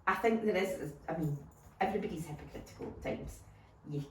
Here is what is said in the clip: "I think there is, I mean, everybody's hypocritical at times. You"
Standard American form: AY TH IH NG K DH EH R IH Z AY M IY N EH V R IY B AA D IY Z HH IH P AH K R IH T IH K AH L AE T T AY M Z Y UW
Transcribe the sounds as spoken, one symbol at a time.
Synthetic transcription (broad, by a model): AY TH IH NG K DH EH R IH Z AY M IY N EH V R IY B AA D IY Z HH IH P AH K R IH T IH K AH L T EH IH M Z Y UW